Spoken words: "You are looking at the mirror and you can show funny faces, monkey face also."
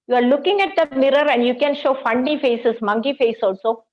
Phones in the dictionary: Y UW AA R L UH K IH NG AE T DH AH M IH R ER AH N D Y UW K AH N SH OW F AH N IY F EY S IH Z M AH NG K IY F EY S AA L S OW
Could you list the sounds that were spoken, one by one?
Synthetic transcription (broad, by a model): Y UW AA R L UH K IH NG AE T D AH M IH R ER AH N D Y UW K AH N SH OW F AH N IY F EY S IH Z M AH NG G IY F EY S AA L S OW